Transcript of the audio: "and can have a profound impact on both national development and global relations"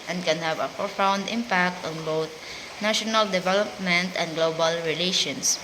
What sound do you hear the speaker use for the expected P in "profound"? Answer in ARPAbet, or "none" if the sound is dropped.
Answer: F